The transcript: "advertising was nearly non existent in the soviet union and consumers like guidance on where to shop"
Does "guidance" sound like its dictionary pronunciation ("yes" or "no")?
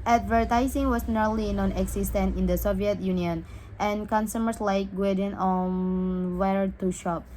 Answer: no